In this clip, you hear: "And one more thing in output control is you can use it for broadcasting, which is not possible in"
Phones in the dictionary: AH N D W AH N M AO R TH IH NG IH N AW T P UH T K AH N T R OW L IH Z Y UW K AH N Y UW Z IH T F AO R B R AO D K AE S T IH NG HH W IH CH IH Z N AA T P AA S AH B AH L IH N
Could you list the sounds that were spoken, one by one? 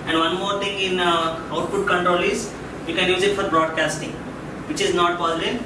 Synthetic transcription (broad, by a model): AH N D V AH N M AO R T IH NG IH N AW T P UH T K AH N T R OW L IH Z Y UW K AH N Y UW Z IH T F AO R B R AO D K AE S T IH NG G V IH CH IH Z N AA T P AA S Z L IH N